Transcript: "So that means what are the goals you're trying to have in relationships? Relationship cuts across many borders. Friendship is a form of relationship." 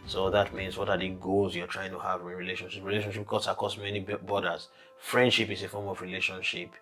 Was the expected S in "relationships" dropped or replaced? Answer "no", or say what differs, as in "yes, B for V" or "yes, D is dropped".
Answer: yes, S is dropped